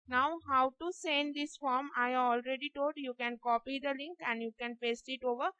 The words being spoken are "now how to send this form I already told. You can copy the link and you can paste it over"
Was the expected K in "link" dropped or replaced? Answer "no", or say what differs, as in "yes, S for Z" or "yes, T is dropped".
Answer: no